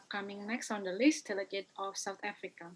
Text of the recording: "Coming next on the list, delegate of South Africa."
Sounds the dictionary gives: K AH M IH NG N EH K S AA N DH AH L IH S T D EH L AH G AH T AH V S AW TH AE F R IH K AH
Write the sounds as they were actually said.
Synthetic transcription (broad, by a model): K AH M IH NG N EH K S AA N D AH L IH S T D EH L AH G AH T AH F S AW T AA F R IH K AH